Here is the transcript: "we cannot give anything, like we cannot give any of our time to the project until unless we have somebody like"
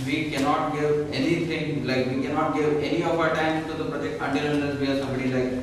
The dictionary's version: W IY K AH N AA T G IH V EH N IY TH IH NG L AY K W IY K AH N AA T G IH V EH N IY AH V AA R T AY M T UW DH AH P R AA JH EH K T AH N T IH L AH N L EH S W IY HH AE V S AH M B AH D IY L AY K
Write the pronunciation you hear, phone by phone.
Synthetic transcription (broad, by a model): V IY K AH N AA T G IH V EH N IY T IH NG L AY K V IY K AH N AA T G IH V EH N IY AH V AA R T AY M T UW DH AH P R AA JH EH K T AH N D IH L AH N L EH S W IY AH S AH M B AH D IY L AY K